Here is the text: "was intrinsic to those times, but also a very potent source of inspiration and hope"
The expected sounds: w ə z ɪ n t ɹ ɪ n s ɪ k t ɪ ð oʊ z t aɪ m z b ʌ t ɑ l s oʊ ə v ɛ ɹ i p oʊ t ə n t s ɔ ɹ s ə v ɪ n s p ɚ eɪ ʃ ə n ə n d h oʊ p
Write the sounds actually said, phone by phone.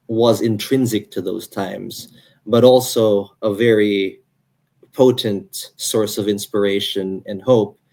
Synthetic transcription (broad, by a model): w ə z ɪ n t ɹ ɪ n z ɪ k t ɪ ð oʊ z t aɪ m z b ʌ t ɑ l s oʊ ə v ɛ ɹ i p oʊ t ə n t s ɔ ɹ s ə v ɪ n s p ɚ eɪ ʃ ə n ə n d h oʊ p